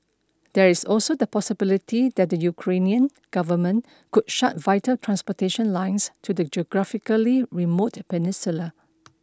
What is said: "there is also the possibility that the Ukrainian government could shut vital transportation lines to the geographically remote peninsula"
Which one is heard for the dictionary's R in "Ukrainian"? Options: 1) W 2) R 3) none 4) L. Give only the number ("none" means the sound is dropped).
2